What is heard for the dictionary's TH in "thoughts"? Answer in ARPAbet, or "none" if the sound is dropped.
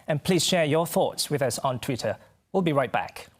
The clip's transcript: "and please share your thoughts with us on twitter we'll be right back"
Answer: TH